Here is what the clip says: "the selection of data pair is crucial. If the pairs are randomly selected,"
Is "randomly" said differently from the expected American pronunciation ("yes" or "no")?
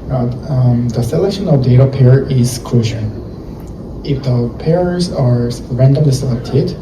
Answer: no